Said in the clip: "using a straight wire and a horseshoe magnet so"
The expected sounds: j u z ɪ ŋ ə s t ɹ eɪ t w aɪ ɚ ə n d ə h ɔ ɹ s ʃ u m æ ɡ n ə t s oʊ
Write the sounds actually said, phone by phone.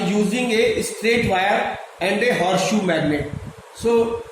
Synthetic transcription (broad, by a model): j u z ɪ ŋ ə s t ɹ eɪ t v aɪ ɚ ə n d ə h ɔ ɹ ʃ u m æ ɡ n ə t s oʊ